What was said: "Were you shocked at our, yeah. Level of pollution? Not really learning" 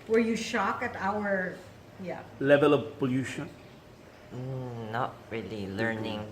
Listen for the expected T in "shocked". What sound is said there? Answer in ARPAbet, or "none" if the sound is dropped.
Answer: none